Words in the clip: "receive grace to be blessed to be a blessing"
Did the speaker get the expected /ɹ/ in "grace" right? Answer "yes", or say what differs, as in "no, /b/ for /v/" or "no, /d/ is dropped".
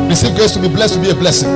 no, /ɹ/ is dropped